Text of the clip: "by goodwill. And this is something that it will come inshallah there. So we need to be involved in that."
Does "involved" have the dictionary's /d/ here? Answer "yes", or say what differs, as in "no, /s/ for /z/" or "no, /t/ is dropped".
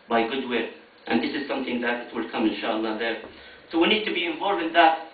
no, /d/ is dropped